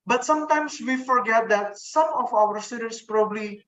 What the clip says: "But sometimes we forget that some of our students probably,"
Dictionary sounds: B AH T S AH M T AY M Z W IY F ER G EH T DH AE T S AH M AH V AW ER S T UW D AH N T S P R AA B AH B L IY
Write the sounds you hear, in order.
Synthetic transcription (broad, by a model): B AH T S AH M T AY M S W IY F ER G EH T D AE T S AH M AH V AW ER S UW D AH T S P R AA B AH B L IY